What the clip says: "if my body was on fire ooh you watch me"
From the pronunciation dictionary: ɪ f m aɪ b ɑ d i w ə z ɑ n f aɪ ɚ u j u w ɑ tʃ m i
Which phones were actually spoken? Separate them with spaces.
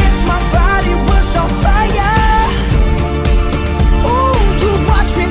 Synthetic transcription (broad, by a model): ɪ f m aɪ b ɑ d i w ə s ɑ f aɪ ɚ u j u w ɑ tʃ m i